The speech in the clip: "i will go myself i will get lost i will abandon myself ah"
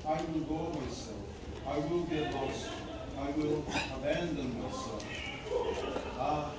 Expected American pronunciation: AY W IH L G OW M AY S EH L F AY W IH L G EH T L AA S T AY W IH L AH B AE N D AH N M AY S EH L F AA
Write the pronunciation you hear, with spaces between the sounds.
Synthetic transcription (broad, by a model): AY W IH L G OW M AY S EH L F AY W IH L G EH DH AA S AY W IH L AH B AE N D AH N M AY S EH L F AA